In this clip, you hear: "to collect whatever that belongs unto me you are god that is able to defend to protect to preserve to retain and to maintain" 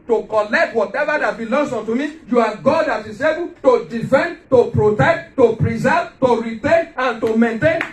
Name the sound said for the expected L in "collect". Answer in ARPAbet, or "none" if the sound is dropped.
L